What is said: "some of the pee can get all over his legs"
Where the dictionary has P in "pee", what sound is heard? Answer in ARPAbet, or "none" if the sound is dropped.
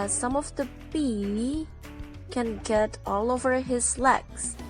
B